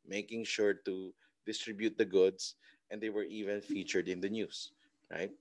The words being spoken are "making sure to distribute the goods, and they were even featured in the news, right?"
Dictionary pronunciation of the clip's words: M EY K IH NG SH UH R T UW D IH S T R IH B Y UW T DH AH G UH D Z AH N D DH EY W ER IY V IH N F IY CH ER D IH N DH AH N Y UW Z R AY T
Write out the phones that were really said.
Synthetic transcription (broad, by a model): M EY K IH NG SH UH R T UW D IH S T R IH B Y UW T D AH G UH D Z AH N D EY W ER IY V IH N F IY CH ER D IH N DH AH N Y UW S R AY T